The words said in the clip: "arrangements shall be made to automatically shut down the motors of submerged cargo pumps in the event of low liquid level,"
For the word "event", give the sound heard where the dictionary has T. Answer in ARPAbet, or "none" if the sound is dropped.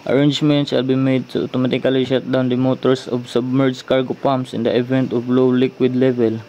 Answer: T